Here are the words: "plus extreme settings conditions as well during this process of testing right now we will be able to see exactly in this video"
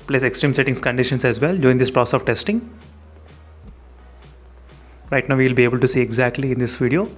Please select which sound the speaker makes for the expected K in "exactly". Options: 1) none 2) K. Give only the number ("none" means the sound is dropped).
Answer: 2